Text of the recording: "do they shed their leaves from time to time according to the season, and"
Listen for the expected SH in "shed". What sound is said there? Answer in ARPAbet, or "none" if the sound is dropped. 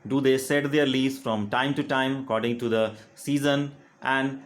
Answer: S